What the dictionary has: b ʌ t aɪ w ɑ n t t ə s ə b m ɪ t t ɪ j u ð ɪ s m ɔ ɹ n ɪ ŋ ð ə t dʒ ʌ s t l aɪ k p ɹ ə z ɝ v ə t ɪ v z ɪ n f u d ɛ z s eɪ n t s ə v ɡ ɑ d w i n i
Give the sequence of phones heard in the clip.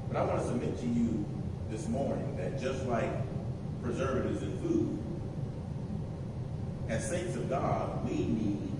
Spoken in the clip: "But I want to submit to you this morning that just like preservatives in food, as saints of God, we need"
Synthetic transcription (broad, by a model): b ʌ t aɪ w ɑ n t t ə s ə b m ɪ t t ɪ j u ð ɪ s m ɔ ɹ n ɪ ŋ ð ə t dʒ ʌ s t l aɪ k p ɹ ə z ɝ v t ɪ z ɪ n f u d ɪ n s eɪ n t s ə v ɡ ɑ d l i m i